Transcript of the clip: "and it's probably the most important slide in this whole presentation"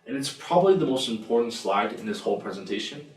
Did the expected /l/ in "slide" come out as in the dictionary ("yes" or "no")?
yes